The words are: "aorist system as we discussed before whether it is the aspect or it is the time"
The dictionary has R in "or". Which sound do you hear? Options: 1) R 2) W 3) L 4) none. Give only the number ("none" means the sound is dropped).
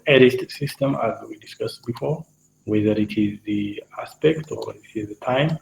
2